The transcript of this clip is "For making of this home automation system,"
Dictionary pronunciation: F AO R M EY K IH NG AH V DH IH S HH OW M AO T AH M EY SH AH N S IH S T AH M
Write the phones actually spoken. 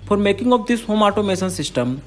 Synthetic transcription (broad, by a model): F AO R M EY K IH NG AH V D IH S HH OW M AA T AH M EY S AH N S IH S T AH M